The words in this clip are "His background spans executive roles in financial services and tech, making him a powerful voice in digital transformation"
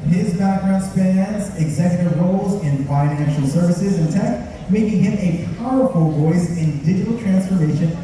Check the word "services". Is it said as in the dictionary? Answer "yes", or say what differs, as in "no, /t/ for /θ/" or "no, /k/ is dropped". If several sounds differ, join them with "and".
yes